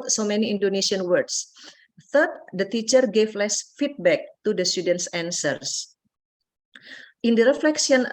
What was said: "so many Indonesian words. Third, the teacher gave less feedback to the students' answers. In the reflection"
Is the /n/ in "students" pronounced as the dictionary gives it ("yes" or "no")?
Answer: yes